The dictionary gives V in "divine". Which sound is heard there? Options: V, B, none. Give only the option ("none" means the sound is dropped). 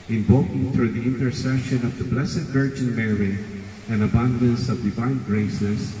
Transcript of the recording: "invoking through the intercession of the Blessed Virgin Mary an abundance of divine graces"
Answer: V